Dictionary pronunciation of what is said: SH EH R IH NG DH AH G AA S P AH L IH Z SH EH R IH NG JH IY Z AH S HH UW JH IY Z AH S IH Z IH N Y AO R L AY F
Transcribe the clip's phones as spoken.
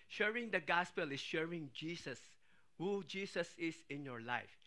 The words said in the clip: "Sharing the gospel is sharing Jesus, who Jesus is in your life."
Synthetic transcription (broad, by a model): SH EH R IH NG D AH G AA S P AH L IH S SH EH R IH NG JH IY S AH S HH UW JH IY S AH S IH S IH N Y AO R L AY F